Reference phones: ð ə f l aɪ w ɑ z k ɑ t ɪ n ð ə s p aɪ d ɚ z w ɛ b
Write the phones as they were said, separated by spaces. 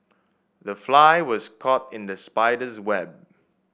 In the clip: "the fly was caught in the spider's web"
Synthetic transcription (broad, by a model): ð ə f l aɪ w ɑ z k ɑ t ɪ n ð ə s p aɪ d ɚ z w ɛ b